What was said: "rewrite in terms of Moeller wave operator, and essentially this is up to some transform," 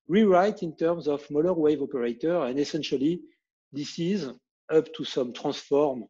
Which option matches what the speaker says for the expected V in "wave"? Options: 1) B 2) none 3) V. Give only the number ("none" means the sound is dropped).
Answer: 3